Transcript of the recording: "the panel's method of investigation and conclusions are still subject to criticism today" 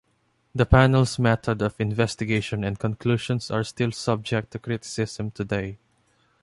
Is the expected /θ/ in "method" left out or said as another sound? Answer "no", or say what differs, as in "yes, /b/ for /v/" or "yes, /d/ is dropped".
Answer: yes, /t/ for /θ/